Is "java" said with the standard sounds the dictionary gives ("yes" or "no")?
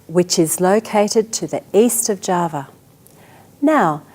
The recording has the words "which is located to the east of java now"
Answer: yes